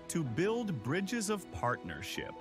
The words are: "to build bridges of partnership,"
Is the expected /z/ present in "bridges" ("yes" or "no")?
yes